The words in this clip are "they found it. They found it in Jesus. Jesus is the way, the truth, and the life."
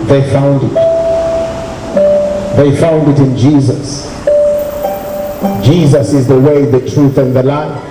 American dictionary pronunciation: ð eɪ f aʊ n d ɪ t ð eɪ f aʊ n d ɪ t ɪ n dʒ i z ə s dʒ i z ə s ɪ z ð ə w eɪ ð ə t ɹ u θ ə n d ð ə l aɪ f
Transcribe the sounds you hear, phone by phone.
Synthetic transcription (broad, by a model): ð eɪ f aʊ n d ɪ t ð eɪ f aʊ n d ɪ t ɪ n dʒ i z ə s dʒ i z ə s ɪ z ð ə w eɪ ð ə t ɹ u θ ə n ð ə l aɪ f